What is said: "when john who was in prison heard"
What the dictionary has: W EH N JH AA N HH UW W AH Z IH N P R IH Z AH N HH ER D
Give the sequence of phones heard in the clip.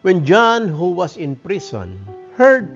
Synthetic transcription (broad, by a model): W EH N JH AA N HH UW W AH S IH N P R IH S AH N HH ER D